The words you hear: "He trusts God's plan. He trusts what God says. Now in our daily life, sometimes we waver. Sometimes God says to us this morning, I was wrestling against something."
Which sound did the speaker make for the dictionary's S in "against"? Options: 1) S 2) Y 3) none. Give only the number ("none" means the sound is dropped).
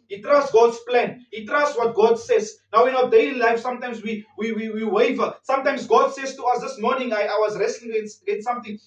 3